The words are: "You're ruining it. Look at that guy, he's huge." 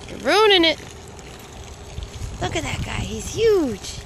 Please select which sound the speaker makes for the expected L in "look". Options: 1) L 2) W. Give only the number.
1